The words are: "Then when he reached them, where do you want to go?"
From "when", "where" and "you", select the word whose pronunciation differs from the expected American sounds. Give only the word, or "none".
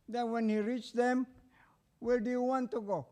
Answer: where